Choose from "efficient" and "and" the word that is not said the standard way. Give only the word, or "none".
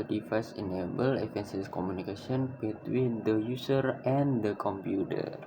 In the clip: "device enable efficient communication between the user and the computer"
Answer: efficient